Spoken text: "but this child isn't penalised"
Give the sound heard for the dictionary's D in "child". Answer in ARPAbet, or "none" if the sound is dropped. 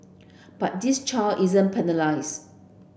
none